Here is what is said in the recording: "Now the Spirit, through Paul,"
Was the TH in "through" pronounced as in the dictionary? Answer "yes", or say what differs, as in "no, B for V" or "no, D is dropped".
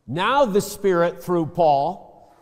yes